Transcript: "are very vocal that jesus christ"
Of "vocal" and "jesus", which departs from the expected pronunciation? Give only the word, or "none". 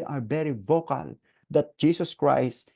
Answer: jesus